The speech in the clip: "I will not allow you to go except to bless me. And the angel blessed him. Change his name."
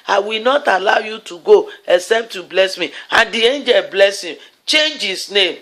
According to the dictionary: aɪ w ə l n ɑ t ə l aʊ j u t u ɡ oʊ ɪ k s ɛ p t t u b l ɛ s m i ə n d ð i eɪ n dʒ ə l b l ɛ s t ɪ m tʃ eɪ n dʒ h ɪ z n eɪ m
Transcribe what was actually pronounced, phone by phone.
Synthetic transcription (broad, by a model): aɪ w ə l n ɑ t ə l aʊ j u t u ɡ oʊ ɪ k s ɛ p t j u b l ɛ s m i ə n d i eɪ n dʒ ə l b l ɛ s ɪ m tʃ eɪ n dʒ h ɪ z n eɪ m